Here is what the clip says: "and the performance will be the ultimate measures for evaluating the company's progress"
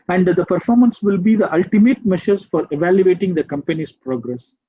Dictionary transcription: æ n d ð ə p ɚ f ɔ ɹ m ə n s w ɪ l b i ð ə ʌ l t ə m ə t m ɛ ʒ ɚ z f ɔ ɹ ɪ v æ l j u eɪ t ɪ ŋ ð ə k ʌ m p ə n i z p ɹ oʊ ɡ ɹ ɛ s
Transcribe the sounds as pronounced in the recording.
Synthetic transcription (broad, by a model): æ n d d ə p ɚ f ɔ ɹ m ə n s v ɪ l b i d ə ʌ l t ə m ə t m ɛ ʃ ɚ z f ɔ ɹ ɪ v æ l j u eɪ t ɪ ŋ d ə k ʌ m p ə n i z p ɹ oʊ ɡ ɹ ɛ s